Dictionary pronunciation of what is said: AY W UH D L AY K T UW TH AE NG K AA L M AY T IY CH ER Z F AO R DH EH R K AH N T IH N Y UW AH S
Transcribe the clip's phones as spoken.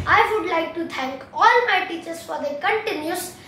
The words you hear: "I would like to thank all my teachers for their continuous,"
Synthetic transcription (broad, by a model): AY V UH D L AY K T UW T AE NG K AA L M AY T IY CH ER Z F AO R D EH K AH N T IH N Y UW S